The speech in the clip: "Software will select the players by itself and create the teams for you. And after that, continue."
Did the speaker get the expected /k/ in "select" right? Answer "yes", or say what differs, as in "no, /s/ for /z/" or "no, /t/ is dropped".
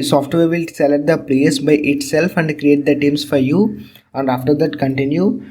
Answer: no, /k/ is dropped